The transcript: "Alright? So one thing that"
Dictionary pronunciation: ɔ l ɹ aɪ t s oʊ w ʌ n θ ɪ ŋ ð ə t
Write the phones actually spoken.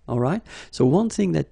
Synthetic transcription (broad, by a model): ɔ l ɹ aɪ t s oʊ w ʌ n θ ɪ ŋ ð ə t